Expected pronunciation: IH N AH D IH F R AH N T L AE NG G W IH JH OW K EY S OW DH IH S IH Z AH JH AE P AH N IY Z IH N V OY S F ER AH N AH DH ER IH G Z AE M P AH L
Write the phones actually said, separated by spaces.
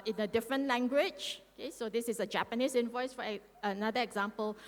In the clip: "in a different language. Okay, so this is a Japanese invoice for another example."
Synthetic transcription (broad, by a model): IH N AH D IH F R AH N T L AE NG G W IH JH OW K EY S OW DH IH S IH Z AH JH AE P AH N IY S IH N V OY S F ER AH N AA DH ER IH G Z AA M P AH L